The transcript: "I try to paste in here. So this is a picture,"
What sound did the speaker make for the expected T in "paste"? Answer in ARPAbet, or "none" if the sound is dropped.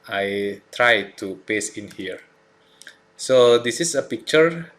none